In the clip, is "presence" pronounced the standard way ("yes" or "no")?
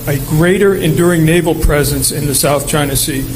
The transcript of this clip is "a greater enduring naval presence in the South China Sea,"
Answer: yes